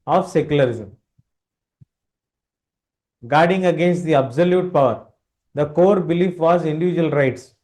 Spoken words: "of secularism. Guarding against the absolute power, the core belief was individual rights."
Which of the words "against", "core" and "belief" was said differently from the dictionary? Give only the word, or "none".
none